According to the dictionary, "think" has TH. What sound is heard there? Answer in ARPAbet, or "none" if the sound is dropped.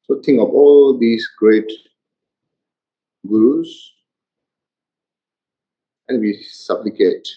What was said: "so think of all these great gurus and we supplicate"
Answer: T